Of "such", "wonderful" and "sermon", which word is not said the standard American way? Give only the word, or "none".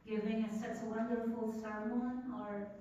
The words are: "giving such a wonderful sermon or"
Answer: such